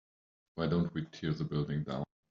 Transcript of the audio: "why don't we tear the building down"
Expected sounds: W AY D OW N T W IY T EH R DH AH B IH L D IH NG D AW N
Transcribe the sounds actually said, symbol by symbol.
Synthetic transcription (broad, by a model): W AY D OW N T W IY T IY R DH AH B IH L D IH NG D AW